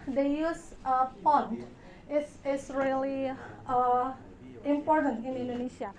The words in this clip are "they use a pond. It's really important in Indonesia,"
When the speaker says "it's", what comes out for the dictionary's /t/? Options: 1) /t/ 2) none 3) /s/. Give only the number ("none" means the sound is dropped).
3